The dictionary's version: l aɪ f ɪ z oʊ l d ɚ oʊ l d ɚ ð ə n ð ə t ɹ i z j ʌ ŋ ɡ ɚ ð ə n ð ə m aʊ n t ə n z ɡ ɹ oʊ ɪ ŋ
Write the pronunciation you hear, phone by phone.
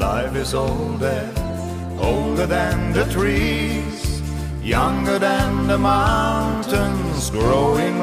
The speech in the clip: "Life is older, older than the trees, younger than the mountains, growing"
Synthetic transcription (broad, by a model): aɪ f ɪ z oʊ l d ɚ oʊ l d ɚ ð ə n ð ə t ɹ i z j ʌ ŋ ɡ ɚ ð ə n ð ə m aʊ n t ə n z ɡ ɹ oʊ ɪ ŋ